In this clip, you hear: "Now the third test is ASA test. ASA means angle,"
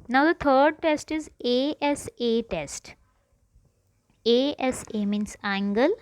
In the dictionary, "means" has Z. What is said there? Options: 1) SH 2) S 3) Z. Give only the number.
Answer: 2